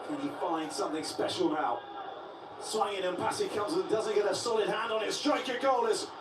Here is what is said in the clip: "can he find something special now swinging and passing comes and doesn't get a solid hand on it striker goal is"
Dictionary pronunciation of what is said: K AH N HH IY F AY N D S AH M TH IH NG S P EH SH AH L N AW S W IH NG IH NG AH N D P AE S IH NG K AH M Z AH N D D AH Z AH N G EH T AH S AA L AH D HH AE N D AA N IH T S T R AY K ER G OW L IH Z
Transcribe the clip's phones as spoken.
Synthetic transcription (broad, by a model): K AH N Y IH F AY N D S AH M TH IH NG S P EH SH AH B AW S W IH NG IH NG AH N P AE S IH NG K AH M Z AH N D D AH Z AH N G EH T AH S AA L AH D HH AE N D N IH T S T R AY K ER G OW L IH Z